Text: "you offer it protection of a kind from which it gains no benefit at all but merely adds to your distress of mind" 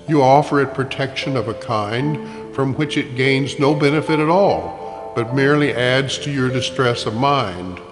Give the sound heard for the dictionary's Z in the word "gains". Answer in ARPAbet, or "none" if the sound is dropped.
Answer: Z